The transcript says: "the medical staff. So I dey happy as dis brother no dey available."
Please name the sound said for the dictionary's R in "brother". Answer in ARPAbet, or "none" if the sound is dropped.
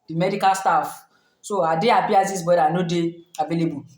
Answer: none